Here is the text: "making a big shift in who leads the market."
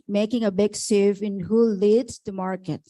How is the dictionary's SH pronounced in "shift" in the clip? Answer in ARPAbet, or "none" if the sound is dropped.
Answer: S